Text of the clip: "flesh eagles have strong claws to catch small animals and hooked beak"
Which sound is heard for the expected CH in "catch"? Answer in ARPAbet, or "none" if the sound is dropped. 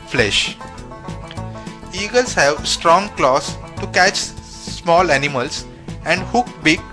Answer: CH